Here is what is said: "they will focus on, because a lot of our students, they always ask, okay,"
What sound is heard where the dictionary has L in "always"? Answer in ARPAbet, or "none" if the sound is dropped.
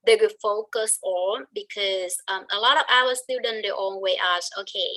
N